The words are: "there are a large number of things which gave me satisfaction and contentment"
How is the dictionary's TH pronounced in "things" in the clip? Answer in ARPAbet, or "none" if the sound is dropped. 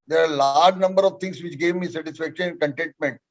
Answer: T